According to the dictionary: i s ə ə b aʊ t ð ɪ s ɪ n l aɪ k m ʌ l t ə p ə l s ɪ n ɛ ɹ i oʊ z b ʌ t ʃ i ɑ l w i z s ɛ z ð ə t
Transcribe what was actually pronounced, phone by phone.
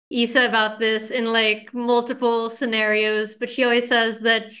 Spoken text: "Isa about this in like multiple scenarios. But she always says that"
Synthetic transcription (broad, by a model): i s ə ə b aʊ t ð ɪ s ɪ n l aɪ k m ʌ l t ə p l s ɪ n ɛ ɹ i oʊ z b ʌ t ʃ i ɑ l w i z s ɛ z ð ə t